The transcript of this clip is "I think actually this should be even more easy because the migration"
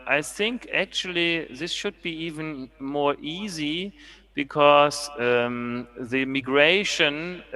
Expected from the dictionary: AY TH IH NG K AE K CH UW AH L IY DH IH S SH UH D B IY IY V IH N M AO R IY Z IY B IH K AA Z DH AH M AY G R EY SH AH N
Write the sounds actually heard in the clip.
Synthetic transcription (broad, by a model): AY TH IH NG K AE K CH UW AH L IY DH IH S SH UH D B IY IY V IH N M AO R IY Z IY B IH K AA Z DH AH M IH G R EY SH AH N